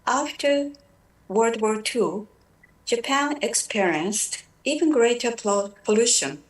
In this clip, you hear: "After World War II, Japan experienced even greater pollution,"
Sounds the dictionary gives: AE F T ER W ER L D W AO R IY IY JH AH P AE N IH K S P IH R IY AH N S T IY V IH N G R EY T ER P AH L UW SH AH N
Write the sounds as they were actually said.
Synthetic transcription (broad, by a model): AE F T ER W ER D W AO R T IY JH AH P AE N IH K S P IH R IY AH N S T IY V IH N G R EY T ER P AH L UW SH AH N